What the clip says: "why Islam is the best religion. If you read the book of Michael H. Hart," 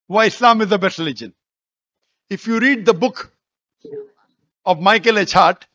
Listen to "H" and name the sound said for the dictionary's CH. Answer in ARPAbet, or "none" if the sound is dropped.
CH